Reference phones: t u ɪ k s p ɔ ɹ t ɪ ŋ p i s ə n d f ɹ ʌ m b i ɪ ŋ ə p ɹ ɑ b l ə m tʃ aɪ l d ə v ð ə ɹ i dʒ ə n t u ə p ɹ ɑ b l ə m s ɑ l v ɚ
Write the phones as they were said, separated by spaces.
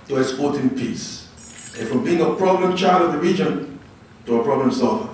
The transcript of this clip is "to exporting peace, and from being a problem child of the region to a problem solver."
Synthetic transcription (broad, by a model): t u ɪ s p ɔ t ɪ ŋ p i s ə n f ɹ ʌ m b i ɪ ŋ ə p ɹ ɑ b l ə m tʃ aɪ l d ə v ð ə ɹ i dʒ ə n t u ə p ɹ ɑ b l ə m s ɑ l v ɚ